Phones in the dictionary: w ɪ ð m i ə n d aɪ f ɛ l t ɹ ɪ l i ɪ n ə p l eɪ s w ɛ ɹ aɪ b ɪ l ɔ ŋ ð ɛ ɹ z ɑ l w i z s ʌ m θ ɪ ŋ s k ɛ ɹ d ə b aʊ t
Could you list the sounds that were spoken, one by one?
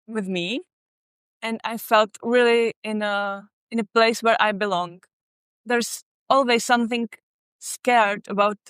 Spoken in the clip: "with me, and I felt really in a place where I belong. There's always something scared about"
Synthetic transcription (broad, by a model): w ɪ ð m i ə n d aɪ f ɛ l t ɹ ɪ l i ɪ n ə p l eɪ s w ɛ ɹ aɪ b ɪ l ɔ ŋ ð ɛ ɹ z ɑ l w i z s ʌ m θ ɪ ŋ s k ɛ ɹ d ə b aʊ t